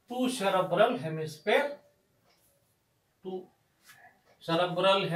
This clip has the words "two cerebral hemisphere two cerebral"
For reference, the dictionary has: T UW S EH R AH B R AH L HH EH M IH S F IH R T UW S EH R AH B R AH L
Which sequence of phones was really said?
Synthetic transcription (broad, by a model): T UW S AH R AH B R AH L HH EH M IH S P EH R T UW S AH R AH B R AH L